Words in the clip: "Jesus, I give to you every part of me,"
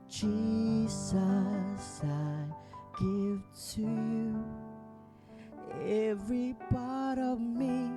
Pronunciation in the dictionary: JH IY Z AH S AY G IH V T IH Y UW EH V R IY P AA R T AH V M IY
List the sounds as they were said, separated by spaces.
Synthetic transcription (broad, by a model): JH IY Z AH S AY G IH V T IH Y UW EH V R IY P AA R T AH V M IY